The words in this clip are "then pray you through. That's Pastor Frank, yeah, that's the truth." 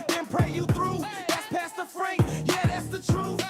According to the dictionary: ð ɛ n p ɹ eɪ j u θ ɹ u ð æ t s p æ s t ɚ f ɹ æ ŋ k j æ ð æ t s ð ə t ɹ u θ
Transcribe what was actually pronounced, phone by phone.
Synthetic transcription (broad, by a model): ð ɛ n p ɹ eɪ j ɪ θ ɹ u ð æ t s p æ s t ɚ f ɹ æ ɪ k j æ ð æ t s ð ə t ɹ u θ